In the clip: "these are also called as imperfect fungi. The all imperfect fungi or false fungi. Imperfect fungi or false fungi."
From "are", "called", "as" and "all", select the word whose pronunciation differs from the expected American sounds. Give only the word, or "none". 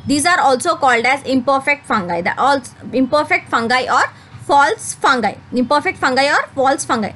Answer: none